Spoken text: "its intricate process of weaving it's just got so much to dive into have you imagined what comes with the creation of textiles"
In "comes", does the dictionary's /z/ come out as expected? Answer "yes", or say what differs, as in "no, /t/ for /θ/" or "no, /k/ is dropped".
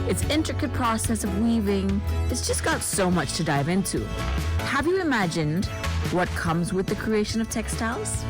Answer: yes